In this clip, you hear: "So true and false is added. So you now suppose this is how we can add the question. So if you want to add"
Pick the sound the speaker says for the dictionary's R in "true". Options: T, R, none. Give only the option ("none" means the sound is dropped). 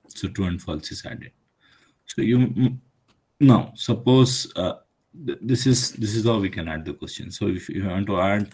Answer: none